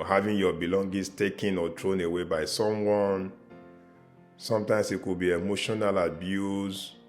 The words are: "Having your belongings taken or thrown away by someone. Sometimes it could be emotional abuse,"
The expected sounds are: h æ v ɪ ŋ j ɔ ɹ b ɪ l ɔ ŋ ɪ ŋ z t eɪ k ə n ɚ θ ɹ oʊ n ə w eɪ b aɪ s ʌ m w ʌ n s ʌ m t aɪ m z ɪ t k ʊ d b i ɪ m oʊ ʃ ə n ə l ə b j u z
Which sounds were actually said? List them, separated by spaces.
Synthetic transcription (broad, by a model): h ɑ v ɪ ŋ j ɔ b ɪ l ɔ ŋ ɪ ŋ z t eɪ k ə n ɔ t ɹ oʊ n ə w eɪ b aɪ s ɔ m w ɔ n s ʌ m t aɪ m s ɪ t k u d b i ɪ m oʊ ʃ ə n ə l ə b j u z